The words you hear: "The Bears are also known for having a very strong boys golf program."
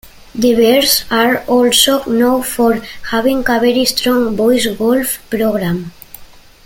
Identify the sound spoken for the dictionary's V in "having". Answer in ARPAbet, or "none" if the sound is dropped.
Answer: B